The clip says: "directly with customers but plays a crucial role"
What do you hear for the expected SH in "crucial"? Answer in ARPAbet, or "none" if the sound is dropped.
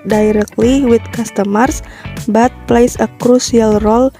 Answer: S